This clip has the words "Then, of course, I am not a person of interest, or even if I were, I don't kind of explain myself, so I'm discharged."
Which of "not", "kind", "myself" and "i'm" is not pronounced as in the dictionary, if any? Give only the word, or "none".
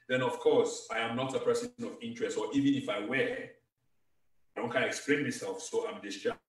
kind